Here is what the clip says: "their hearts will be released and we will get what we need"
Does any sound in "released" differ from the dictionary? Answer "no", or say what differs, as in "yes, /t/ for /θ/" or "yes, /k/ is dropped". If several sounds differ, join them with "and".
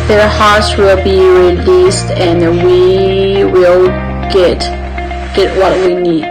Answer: no